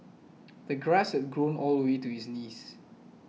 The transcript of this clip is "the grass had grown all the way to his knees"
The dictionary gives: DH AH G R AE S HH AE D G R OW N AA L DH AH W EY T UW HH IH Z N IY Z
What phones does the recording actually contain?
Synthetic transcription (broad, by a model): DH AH G R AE S HH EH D G R OW N AA L W EY T UW HH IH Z N IY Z